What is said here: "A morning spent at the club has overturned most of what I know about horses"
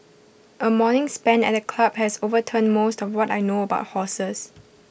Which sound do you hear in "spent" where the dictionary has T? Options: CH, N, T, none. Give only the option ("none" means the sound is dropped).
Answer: none